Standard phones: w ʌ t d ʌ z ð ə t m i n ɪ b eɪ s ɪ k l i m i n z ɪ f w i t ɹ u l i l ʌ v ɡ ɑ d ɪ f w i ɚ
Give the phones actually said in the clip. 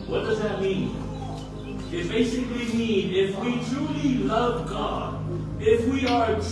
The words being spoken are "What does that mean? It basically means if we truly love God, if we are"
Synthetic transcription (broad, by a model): w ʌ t d ʌ z ð ə t m i n ɪ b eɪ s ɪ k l i m i n ɪ f w i t ɹ u l i l ʌ v ɡ ɑ d ɪ f w i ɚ